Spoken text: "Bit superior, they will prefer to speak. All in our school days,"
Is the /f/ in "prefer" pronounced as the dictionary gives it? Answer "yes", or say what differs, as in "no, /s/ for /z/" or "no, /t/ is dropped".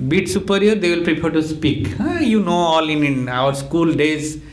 no, /p/ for /f/